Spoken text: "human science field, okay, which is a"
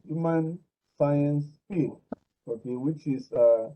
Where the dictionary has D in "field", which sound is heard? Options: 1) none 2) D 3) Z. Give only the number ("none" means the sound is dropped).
1